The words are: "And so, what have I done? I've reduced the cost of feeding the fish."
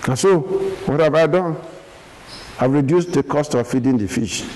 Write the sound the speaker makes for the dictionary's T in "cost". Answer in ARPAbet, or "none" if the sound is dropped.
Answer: T